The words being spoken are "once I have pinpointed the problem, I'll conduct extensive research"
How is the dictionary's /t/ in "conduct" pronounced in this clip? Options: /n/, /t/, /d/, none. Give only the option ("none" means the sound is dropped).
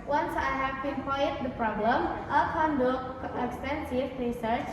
none